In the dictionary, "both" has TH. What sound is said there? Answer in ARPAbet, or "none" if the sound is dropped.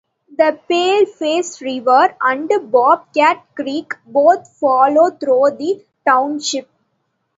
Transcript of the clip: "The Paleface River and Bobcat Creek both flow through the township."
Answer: T